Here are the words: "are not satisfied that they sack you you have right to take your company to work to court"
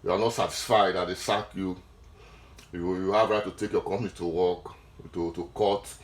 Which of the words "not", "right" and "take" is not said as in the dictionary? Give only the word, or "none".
none